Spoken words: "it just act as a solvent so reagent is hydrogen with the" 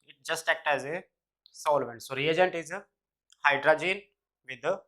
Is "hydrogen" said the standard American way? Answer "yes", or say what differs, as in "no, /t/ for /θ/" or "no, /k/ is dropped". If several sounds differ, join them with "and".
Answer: yes